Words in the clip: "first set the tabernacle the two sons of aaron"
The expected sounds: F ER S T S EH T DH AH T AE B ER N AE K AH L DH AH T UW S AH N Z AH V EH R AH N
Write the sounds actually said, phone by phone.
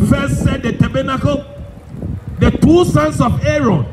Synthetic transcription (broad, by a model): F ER S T S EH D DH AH T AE B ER N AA K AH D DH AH T UW S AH N S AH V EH R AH N